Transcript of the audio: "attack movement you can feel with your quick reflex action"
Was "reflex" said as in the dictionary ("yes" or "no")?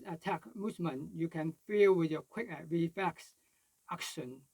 no